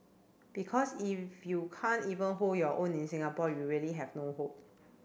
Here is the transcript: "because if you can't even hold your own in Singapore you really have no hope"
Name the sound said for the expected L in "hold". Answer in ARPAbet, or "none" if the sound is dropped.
none